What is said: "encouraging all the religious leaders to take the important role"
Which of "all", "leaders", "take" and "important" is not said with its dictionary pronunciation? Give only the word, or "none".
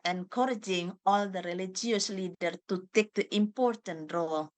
leaders